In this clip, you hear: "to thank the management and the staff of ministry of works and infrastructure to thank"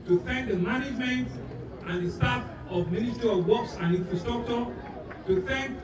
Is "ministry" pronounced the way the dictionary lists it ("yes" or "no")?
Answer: no